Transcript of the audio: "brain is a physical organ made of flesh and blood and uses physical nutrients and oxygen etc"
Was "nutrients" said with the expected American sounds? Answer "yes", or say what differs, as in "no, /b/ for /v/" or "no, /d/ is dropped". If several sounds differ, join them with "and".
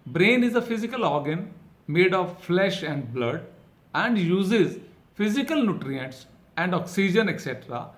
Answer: yes